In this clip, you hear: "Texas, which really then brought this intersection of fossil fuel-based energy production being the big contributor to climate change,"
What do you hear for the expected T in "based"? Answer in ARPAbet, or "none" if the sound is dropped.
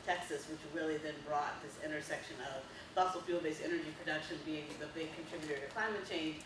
none